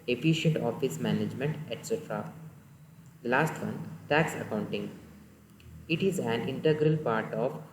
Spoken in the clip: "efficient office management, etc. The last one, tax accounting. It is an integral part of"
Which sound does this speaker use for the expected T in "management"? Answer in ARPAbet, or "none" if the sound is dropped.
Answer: T